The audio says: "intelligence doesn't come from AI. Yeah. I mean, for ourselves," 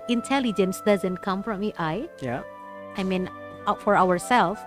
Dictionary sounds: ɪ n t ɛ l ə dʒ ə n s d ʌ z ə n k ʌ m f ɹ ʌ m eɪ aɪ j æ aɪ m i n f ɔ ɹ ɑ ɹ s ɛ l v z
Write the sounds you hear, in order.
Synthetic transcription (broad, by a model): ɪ n t ɛ l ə dʒ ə n s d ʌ z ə n k ʌ m f ɹ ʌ m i aɪ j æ aɪ m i n f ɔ w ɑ ɹ s ɛ l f